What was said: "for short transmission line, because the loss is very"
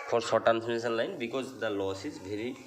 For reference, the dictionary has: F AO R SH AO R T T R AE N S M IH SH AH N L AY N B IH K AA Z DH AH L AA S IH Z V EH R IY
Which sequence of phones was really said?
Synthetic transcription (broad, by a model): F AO R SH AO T T AE N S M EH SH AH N L AY N B IH K AA Z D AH L AA S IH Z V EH R IY